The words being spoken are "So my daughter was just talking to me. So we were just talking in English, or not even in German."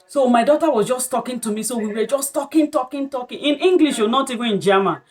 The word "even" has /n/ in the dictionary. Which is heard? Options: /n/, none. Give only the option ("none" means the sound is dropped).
none